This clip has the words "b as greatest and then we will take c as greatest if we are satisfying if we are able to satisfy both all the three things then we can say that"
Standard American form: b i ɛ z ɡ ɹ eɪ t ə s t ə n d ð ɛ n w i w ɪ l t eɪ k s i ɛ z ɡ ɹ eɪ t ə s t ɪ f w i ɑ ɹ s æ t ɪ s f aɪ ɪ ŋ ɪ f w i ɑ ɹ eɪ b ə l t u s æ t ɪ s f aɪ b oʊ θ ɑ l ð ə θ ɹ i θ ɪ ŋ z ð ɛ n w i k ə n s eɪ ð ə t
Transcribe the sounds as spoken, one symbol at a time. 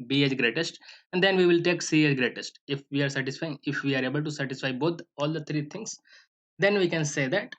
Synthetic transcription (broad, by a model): b i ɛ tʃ ɡ ɹ eɪ t ə s t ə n d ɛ n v i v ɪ l t eɪ k s i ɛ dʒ ɡ ɹ eɪ t ə s t ɪ f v i ɑ ɹ s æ t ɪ s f aɪ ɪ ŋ ɪ f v i ɑ ɹ eɪ b ə l t u s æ t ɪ s f aɪ b oʊ t ɑ l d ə t ɹ i t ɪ ŋ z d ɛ n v i k ə n s eɪ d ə t